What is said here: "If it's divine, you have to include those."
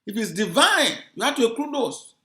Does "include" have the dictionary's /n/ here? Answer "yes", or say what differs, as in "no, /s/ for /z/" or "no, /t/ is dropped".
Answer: no, /n/ is dropped